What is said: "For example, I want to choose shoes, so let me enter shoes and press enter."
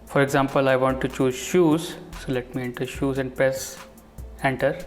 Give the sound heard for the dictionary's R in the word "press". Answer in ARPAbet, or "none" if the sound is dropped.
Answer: none